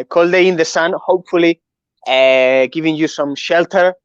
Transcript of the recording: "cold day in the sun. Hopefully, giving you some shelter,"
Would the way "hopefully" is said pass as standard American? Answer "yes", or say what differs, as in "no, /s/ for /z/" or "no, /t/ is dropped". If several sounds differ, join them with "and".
yes